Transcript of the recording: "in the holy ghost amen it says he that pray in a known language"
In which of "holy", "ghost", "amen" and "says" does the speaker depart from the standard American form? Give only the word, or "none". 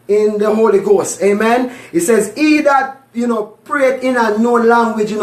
none